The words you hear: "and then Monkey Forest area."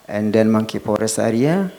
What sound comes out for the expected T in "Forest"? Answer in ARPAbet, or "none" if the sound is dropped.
none